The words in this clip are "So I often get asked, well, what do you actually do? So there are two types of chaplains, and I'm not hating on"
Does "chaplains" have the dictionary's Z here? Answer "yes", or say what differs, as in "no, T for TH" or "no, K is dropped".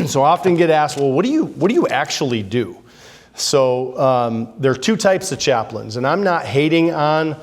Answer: yes